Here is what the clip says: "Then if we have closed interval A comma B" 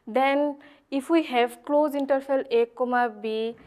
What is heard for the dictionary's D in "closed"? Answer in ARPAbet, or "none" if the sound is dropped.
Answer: none